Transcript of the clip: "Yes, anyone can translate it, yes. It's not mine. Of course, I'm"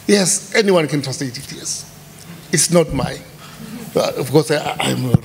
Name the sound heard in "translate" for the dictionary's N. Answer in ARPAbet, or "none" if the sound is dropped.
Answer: none